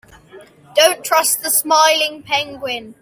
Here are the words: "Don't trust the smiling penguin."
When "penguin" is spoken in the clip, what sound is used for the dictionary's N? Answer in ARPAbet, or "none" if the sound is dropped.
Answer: N